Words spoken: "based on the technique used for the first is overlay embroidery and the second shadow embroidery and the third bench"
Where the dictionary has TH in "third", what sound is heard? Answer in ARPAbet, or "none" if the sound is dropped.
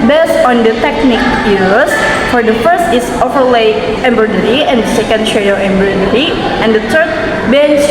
T